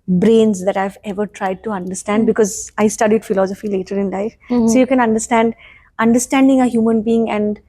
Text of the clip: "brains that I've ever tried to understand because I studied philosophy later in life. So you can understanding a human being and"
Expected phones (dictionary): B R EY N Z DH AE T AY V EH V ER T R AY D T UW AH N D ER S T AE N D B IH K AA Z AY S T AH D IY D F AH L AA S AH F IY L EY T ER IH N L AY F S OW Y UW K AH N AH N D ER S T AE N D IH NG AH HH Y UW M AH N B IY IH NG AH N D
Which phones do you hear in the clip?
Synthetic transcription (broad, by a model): B R EY N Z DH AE T AY V EH V ER T R AY D T UW AH N D ER S T AE N D B IH K AA Z AY S T AH D IY D F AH L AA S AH F IY L EY T ER IH N L AY F S OW Y UW K AH N AH N D ER S T AE N D IH NG AH HH Y UW M AH N B IY IH NG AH N D